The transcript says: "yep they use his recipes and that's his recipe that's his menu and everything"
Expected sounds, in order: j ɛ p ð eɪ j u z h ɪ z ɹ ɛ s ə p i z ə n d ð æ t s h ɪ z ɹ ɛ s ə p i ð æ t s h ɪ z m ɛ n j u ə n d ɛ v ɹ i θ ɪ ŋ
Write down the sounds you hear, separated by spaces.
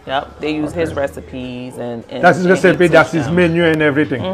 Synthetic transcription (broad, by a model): j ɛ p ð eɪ j u z h ɪ z ɹ ɛ s ə p i z ə n d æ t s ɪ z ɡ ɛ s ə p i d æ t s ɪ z m ɛ n j u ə n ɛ v ɹ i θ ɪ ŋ